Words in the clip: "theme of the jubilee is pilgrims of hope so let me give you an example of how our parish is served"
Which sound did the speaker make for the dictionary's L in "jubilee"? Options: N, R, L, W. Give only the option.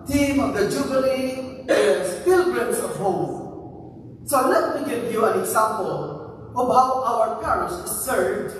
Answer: N